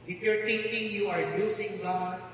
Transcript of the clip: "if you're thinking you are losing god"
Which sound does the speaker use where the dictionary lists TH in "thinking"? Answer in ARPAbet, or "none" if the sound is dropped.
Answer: T